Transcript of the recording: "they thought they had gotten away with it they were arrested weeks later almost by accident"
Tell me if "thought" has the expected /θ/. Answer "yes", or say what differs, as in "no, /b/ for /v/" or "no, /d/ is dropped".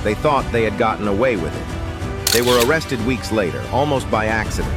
yes